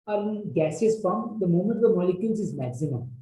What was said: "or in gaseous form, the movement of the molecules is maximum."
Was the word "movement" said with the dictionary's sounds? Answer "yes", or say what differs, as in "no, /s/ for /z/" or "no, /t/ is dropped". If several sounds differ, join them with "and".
no, /v/ is dropped